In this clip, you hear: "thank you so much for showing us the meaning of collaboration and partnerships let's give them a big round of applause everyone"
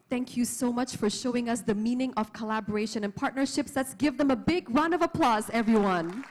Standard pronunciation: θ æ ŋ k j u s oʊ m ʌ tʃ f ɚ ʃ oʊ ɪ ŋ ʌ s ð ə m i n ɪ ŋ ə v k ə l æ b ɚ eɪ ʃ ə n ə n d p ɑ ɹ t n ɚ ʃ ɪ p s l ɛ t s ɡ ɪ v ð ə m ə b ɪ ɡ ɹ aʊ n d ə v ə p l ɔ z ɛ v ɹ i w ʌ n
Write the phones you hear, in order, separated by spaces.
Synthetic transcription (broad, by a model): θ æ ŋ k j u s oʊ m ʌ tʃ f ɚ ʃ oʊ ɪ ŋ ʌ s ð ə m i n ɪ ŋ ə v k ə l æ b ɚ eɪ ʃ ə n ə n p ɑ ɹ t n ɚ ʃ ɪ p s l ɛ t s ɡ ɪ v ð ə m ə b ɪ ɡ ɹ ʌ n ə v ə p l ɔ z ɛ v ɹ i w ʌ n